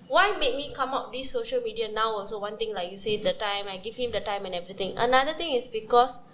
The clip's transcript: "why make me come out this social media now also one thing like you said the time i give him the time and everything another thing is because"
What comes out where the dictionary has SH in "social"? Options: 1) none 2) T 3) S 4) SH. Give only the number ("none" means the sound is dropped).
4